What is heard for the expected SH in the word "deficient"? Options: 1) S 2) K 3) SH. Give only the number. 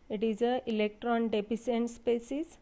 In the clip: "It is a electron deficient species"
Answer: 1